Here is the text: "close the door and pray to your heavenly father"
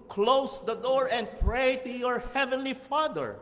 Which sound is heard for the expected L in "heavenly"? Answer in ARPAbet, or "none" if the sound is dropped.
L